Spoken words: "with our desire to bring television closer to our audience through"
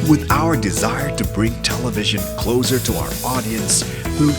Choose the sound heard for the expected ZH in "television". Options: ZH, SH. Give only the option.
ZH